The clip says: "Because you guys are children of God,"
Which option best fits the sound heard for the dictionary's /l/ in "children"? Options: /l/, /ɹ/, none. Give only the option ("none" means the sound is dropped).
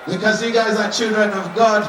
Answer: /l/